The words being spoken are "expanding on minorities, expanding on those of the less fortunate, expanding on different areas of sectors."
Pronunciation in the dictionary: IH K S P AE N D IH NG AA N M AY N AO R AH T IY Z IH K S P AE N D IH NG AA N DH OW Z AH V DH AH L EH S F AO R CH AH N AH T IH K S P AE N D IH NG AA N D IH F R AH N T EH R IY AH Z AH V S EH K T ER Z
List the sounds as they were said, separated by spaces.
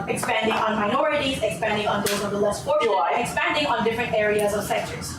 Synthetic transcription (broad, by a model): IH K S P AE N D IH NG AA N M AY N AO R AH T IY Z IH K S P AE N D IH NG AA N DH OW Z AH V DH AH L EH S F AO R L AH AH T IH K S P AE N D IH NG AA N D IH F R AH N T EH R IY AH Z AH V S EH K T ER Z